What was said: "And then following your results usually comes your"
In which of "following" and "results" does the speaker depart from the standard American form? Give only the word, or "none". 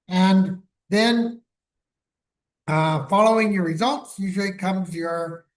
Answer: none